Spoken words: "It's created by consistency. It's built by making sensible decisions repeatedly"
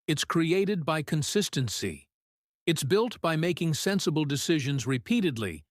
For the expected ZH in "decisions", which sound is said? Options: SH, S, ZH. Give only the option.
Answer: ZH